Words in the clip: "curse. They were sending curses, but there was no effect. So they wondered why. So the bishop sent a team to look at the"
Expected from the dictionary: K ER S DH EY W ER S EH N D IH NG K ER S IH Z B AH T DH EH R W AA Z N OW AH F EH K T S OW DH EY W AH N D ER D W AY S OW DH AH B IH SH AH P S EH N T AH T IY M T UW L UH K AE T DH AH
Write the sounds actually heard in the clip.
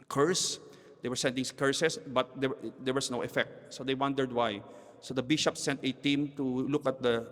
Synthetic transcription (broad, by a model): K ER S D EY W ER S EH N D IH NG K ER S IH S B AH T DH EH R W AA S N OW AH F EH K T S OW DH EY W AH N D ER D W AY S OW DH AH B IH SH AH P S EH N T AH T IY M T UW L UH K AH T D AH